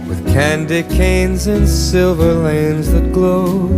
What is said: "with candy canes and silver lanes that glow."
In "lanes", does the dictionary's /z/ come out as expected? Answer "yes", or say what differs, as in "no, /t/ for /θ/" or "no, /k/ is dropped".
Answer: yes